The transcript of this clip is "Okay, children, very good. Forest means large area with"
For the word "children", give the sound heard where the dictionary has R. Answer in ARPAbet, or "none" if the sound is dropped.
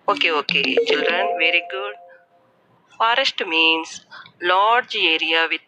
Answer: R